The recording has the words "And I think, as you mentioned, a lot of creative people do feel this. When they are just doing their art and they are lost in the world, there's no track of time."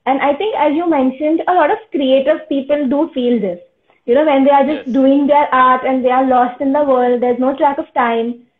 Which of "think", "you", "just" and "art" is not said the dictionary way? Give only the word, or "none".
think